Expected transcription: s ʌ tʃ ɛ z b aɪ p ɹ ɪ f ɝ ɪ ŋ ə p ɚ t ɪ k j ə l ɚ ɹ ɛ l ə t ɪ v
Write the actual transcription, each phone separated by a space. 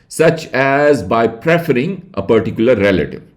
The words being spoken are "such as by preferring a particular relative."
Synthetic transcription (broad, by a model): s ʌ tʃ ɛ z b aɪ p ɹ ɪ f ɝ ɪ ŋ ə p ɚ t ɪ k j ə l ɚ ɹ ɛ l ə t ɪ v